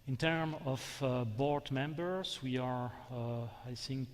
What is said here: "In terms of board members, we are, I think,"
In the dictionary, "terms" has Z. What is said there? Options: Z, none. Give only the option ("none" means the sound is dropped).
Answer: none